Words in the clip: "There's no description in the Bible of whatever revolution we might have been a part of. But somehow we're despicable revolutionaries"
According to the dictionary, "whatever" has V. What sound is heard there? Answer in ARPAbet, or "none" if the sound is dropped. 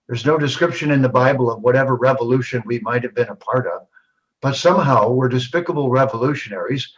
V